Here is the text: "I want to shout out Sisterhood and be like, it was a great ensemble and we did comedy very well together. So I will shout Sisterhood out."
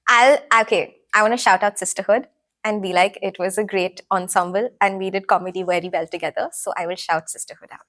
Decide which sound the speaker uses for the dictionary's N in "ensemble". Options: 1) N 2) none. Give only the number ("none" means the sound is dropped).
1